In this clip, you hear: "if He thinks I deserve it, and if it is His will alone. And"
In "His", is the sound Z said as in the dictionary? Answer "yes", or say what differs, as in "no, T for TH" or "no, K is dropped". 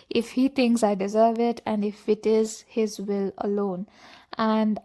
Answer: yes